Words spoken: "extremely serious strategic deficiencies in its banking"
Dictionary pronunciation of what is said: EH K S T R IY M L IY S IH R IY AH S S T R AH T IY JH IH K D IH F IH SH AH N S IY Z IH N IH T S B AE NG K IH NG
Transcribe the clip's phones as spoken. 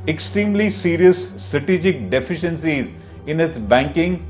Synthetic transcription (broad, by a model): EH K S T R IY M L IY S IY R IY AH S S T R AH T IY JH IH K D IH F IH SH AH N S IY Z IH N IH T S B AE NG K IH NG